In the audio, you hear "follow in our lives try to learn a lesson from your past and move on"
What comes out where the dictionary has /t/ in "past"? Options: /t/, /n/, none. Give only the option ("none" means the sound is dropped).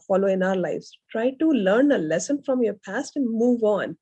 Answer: /t/